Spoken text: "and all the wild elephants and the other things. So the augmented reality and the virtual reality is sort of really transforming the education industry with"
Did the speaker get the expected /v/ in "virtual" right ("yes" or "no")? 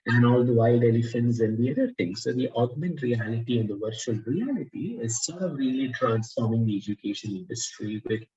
yes